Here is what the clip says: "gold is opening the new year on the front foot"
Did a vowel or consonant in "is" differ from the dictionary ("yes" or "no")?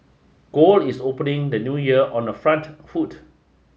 yes